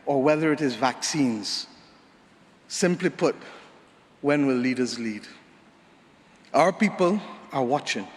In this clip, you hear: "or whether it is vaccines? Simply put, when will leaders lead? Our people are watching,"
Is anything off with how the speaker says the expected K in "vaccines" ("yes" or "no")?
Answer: no